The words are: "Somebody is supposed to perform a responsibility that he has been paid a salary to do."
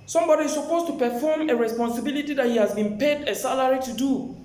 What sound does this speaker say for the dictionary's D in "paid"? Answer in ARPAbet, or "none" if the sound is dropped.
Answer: D